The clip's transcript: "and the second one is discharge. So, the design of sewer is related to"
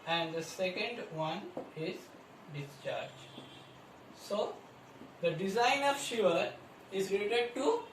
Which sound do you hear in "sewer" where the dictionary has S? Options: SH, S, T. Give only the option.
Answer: SH